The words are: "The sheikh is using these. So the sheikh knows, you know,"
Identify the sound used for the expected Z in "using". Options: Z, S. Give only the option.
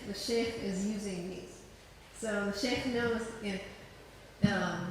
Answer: Z